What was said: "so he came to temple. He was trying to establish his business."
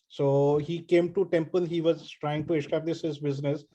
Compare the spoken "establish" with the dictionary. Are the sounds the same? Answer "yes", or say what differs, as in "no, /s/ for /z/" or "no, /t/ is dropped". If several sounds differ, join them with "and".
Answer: no, /s/ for /ʃ/